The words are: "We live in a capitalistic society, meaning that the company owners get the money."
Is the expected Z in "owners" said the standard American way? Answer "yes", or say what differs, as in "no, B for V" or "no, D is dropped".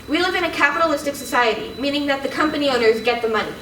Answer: yes